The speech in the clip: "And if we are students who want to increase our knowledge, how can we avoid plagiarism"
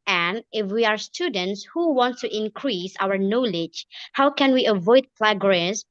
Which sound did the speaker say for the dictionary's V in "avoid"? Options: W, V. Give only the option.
V